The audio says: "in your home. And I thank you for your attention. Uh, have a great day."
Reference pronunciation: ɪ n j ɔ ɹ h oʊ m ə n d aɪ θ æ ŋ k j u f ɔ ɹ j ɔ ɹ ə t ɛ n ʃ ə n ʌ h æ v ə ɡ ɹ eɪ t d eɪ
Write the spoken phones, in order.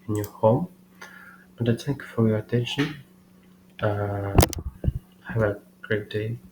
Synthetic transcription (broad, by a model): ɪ n j ɔ ɹ h oʊ m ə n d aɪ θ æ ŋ k j u f ɔ ɹ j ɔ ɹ ə t ɛ n ʃ ə n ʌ h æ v ə ɡ ɹ eɪ t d eɪ